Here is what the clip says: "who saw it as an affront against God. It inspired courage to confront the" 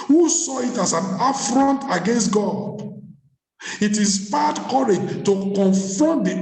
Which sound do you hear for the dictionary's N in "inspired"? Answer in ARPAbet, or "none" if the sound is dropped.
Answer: none